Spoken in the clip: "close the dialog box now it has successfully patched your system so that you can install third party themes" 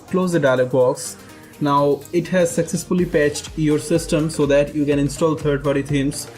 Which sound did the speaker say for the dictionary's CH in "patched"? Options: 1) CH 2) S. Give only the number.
1